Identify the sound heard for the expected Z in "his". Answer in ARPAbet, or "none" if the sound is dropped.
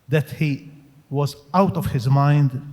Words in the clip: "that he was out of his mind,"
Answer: Z